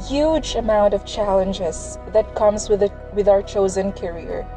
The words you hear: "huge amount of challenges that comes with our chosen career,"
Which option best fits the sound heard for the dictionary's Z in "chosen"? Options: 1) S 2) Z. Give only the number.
2